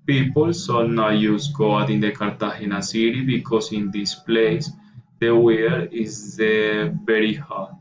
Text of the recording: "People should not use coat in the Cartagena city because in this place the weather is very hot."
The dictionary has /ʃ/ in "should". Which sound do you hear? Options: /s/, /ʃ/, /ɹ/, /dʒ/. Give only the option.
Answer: /s/